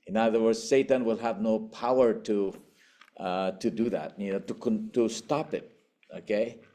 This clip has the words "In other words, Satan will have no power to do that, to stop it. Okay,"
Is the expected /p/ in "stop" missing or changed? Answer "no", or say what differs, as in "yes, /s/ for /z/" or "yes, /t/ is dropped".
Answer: no